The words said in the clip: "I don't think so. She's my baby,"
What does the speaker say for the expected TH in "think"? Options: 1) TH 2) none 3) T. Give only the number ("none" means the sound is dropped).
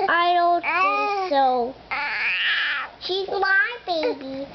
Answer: 3